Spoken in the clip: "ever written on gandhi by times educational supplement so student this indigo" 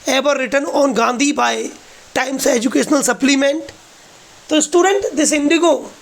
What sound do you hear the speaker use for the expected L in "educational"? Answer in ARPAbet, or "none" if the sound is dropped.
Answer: L